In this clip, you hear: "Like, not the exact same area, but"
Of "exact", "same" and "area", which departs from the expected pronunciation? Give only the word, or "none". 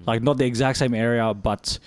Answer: none